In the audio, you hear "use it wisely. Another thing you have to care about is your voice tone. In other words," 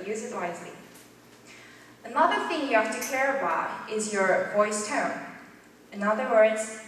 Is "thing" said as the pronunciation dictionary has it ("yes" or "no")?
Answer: yes